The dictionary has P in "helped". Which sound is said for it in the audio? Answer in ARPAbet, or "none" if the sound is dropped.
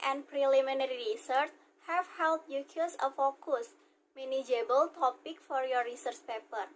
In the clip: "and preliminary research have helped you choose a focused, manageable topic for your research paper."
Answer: none